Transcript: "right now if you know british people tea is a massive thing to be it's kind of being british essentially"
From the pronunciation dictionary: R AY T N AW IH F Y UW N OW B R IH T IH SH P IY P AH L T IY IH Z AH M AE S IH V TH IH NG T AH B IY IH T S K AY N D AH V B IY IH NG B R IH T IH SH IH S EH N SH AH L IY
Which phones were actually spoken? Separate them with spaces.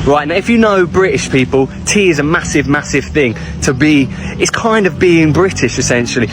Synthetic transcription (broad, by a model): R AY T N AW IH F Y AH N OW B R IH T IH SH P IY P AH L T IY IH Z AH M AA S IH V TH IH NG T AH B IY IH T S K AY N D AH V B IY IH NG B R IH T IH SH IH S EH N SH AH L IY